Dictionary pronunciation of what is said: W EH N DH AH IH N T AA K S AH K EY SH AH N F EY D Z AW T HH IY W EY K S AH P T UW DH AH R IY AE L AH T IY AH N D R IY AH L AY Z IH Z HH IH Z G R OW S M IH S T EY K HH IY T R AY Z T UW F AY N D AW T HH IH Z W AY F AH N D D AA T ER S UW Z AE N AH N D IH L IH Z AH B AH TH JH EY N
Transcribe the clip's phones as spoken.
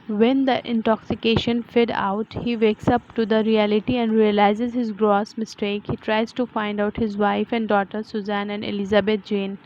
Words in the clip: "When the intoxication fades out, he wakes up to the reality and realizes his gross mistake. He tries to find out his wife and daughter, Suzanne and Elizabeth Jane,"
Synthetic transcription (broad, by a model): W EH N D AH IH N T AA K S AH K EY SH AH N F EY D AW T HH IY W EY K S AH P T UW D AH R IY AE L AH T IY AH N D R IY AH L AY Z IH Z HH IH Z G R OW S M IH S T EY K HH IY T R AY Z T UW F AY N D AW T HH IH Z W AY F AH N D D AA T ER S UW Z AE N AH N D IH L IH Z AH B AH T JH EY N